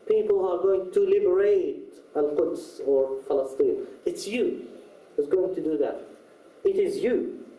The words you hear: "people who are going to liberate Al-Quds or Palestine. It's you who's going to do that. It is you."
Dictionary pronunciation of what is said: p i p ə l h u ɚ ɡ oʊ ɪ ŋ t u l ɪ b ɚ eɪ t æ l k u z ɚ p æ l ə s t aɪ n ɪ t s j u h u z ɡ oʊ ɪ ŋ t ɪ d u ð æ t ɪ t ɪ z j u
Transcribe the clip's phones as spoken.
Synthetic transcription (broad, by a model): p i p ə l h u ɚ ɡ oʊ ɪ ŋ t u l ɪ b ɚ eɪ t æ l k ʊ s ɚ f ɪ l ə s t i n ɪ t s j u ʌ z ɡ oʊ ɪ ŋ t ɪ d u ð æ t ɪ t ɪ z j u